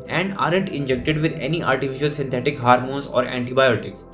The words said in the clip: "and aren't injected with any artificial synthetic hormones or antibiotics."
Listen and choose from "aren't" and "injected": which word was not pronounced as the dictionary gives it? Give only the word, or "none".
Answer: none